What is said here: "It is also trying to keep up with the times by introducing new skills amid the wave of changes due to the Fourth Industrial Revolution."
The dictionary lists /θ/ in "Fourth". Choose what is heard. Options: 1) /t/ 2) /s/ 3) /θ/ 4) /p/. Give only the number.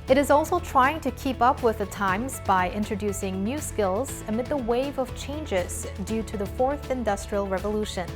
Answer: 3